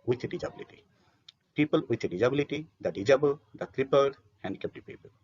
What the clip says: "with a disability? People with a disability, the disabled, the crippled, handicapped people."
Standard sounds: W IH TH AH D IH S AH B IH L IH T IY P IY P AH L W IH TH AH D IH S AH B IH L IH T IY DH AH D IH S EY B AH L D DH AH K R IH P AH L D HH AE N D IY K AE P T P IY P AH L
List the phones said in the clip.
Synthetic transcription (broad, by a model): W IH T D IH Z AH B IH L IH T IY P IY P AH L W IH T D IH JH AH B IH L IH T IY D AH D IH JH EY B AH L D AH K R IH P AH D HH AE N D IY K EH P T P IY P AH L